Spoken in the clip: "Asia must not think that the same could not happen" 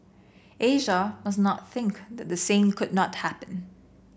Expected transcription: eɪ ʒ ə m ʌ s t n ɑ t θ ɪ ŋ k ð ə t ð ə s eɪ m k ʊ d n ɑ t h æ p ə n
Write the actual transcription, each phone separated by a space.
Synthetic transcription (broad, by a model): eɪ ʒ ə m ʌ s n ɑ t θ ɪ ŋ k ð ə t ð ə s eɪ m k ʊ d n ɑ t h æ p ə n